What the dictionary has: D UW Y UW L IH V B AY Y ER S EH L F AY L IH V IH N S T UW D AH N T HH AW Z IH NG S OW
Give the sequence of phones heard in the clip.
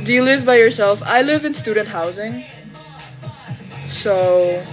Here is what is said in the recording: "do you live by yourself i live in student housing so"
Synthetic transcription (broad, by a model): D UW Y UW L IH V B AY Y ER S EH L F AY L IH V IH N S T UW D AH N T HH AW Z IH NG S OW